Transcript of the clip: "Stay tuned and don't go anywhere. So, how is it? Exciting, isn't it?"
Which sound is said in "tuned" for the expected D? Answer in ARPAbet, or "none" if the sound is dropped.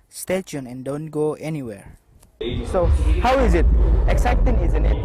none